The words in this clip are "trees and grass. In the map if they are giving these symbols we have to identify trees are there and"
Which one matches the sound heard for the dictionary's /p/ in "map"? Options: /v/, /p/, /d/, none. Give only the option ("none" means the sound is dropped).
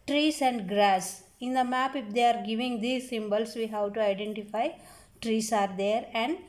/p/